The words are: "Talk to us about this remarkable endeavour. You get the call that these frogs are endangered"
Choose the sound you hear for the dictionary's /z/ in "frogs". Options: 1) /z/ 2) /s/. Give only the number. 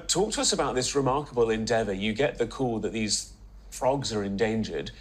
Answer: 1